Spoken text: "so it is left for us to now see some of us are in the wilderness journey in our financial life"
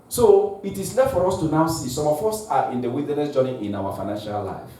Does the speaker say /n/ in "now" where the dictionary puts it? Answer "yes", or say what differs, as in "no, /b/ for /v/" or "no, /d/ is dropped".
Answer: yes